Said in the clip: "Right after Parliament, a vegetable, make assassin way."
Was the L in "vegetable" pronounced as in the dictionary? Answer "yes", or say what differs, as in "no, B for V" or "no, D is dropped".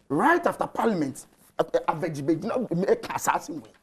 no, N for L